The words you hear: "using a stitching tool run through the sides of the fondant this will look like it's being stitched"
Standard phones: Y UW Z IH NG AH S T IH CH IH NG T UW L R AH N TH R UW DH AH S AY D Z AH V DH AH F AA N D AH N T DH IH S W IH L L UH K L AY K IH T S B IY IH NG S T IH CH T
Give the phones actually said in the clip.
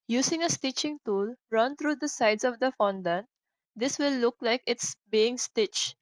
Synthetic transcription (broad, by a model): Y UW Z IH NG AH S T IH CH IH NG T UW L R AH N T R UW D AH S AY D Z AH V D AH F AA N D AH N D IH S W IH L L UH K L AY K IH T S B IY IH NG S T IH CH